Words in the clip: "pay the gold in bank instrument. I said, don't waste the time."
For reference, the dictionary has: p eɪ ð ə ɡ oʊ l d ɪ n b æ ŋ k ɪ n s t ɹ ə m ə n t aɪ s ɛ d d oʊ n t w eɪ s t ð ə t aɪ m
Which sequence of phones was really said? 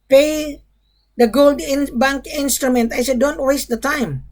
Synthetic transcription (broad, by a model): p eɪ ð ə ɡ oʊ l d ɪ n b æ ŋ k ɪ n s t ɹ ə m ə n t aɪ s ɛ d d oʊ n t w eɪ s t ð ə t aɪ m